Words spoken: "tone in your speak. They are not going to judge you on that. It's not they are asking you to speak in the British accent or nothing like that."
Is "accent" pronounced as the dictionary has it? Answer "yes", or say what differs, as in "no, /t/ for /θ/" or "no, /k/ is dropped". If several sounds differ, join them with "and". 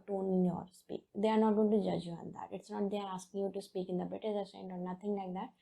no, /k/ is dropped